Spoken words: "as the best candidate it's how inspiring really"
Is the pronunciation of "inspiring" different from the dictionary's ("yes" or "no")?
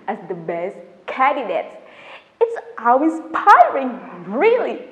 yes